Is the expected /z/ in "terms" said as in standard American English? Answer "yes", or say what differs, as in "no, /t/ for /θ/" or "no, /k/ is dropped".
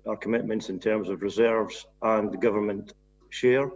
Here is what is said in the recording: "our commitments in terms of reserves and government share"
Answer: yes